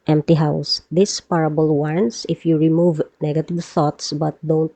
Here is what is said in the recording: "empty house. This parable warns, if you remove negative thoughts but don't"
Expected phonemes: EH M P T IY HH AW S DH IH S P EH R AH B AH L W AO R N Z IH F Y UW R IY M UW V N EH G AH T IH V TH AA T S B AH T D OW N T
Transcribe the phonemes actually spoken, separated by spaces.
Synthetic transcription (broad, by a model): EH M P T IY HH AW S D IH S P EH R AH B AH L W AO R N S IH F Y UW R IY M UW V N EH G AH T IH V TH AA T S B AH T D OW N T